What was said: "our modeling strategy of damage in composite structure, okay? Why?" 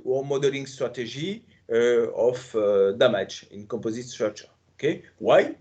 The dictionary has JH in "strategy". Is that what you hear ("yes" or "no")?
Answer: no